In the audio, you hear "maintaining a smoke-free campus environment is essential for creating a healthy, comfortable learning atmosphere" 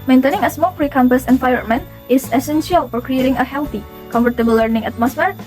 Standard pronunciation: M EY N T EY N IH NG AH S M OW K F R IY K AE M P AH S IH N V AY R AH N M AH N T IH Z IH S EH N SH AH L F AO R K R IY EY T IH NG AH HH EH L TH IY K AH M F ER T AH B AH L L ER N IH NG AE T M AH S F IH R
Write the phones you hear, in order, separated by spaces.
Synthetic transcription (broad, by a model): M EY N T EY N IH NG AH S M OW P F R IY K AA M P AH S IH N F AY AH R M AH N IH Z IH S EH N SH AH L F AO R K R IY EY T IH NG AH HH EH L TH IY K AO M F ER T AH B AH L L ER N IH NG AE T M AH S F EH R